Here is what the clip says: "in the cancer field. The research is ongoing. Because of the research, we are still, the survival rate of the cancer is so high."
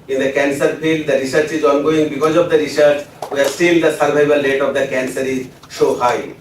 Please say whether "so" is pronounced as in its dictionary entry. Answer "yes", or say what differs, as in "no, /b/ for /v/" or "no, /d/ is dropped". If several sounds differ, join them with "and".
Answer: no, /ʃ/ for /s/